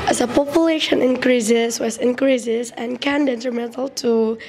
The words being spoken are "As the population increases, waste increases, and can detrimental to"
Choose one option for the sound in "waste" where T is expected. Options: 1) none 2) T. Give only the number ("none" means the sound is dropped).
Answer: 1